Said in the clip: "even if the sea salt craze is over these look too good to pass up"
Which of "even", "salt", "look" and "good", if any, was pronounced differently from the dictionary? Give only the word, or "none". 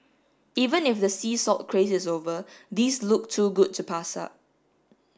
salt